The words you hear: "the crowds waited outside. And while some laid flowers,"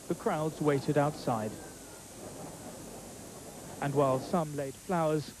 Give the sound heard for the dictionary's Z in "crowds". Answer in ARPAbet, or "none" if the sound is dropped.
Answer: Z